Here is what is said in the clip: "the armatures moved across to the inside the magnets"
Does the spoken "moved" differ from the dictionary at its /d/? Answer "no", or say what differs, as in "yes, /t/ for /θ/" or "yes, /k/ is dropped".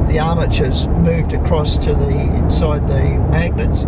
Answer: no